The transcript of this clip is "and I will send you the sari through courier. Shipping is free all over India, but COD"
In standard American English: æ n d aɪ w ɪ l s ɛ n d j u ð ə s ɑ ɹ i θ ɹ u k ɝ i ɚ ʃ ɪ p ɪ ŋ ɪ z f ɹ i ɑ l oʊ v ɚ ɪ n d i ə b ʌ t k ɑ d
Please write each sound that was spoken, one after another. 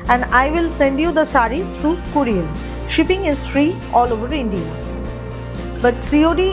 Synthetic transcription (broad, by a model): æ n d aɪ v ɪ l s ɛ n d j u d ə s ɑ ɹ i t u k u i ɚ ʃ ɪ p ɪ ŋ ɪ z f ɹ i ɑ l oʊ v ɚ ɪ n d i ə b ʌ t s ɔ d